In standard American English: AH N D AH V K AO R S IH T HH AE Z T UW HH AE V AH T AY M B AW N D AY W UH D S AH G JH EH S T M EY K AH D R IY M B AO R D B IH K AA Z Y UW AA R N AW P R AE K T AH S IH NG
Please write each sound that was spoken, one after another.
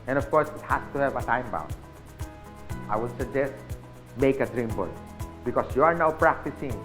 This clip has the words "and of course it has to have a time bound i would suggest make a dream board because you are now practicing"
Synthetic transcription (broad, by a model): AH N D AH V K AO R S IH T HH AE S T UW HH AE V AH T AY M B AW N AY W UH D S AH G JH EH S T M EY K AH D R IY M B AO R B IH K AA S Y UW AA R N AW P R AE K T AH S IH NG